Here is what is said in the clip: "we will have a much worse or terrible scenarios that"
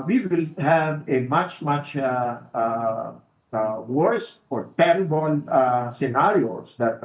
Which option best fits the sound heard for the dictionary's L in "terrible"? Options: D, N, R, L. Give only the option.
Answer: N